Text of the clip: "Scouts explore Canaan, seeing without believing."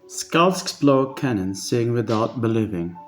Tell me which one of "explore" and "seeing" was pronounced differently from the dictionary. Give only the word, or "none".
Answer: explore